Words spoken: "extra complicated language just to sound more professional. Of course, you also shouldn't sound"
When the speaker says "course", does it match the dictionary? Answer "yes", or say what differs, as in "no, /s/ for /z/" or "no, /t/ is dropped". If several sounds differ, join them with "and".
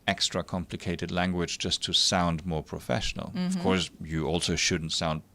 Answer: yes